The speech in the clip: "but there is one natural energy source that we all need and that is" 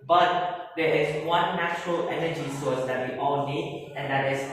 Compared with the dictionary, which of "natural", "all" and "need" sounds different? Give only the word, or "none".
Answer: none